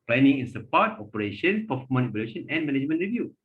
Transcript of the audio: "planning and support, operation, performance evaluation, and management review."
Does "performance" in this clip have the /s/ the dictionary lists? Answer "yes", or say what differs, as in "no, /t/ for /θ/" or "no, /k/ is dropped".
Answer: no, /s/ is dropped